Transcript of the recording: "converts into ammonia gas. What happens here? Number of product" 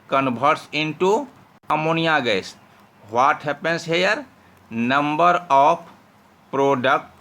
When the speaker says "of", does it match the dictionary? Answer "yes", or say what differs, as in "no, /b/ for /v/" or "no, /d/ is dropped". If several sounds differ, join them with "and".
no, /p/ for /v/